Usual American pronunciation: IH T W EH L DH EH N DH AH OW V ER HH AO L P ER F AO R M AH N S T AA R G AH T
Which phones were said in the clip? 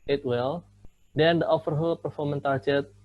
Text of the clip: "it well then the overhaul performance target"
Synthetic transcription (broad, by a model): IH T W EH L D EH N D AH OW F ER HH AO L P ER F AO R M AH N T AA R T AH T